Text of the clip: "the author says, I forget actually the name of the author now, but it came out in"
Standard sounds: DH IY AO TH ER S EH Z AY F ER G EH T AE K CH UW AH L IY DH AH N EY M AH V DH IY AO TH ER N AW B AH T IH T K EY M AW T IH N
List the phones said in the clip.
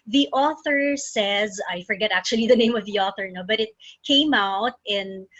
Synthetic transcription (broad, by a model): DH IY AO TH ER S EH Z AY F ER G EH T AE K CH UW AH L IY DH AH N EY M AH V DH IY AO TH ER N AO B AH T IH T K EY M AW T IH N